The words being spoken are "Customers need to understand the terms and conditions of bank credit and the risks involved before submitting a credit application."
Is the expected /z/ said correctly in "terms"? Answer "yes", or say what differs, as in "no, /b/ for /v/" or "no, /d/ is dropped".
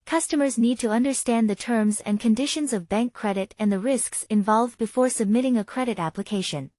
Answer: yes